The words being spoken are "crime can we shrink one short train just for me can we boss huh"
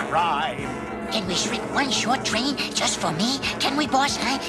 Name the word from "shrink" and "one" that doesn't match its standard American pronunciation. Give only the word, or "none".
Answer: shrink